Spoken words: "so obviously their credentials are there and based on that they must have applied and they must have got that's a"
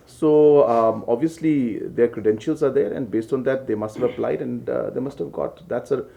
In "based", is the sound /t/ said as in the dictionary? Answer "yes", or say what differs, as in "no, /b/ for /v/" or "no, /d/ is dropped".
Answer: yes